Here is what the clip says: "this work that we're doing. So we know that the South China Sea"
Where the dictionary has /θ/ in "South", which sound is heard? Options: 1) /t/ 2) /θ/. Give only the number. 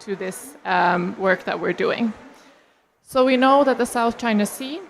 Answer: 2